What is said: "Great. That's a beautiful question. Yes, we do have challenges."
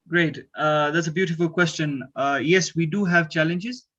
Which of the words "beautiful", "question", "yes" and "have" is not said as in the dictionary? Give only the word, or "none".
none